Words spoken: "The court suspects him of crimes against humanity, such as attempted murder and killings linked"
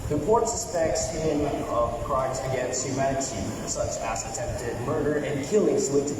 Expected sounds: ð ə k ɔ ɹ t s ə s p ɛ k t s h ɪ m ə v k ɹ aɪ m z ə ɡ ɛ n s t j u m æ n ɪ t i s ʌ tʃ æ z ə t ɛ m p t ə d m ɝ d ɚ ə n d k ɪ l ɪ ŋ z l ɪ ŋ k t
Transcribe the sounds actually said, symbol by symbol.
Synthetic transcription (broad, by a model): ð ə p ɔ ɹ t s ə s p ɛ k t s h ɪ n ə v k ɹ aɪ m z ə ɡ ɛ n s t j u m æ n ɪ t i s ʌ tʃ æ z ə t ɛ m p t ə d m ɝ d ɚ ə n k ɪ l ɪ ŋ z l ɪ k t